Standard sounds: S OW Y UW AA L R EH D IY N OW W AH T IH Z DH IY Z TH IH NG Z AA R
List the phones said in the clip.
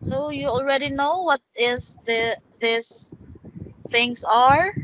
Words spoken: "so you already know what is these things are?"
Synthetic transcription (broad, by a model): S OW Y UW AA L R EH D IY N OW W AH T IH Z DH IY S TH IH NG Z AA R